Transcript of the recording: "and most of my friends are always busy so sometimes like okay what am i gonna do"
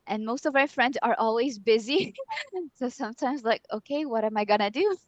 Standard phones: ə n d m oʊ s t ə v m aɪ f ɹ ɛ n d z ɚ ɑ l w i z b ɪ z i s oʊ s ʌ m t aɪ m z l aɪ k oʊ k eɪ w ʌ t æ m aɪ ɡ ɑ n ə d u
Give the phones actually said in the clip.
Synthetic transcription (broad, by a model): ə n m oʊ s t ə v m aɪ f ɹ ɛ n d z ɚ ɑ l w i z b ɪ z i s oʊ s ʌ m t aɪ m z l aɪ k oʊ k eɪ w ʌ t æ m aɪ ɡ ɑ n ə d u